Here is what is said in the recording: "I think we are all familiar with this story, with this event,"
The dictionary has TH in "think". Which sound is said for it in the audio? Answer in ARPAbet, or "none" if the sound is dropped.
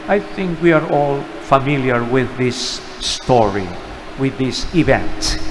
TH